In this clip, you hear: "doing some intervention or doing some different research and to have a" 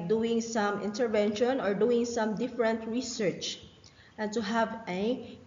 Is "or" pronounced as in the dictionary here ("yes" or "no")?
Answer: yes